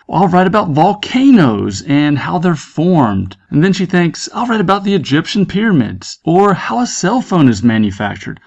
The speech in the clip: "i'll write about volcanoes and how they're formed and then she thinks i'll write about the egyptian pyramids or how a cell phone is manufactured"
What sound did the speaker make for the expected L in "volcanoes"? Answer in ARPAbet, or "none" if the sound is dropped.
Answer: L